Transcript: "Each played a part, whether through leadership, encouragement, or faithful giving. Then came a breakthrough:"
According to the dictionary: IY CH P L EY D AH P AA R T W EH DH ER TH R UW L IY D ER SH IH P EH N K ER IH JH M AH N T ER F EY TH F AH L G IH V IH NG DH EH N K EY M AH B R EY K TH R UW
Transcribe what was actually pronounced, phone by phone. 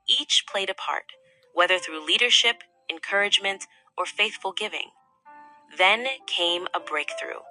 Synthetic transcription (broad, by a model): IY CH P L EY D AH P AA R T W EH DH ER TH R UW L IY D ER SH IH P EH N K ER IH JH M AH N T ER F EY TH F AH L G IH V IH NG DH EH N K EY M AH B R EY K TH R UW